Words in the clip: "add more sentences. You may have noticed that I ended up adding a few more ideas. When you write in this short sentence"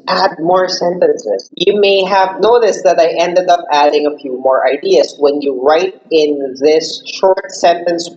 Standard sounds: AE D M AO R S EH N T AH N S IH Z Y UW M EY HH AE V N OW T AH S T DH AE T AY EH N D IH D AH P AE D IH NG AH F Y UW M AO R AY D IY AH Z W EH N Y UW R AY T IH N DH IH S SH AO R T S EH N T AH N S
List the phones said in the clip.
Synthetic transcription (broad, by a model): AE D M AO R S EH N T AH N S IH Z Y UW M EY HH AE V N OW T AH S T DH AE T AY EH N D IH D AH P AE D IH NG AH F Y UW M AO R AY D IY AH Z W EH N Y UW R AY T IH N DH IH S SH AO R T S EH N T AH N S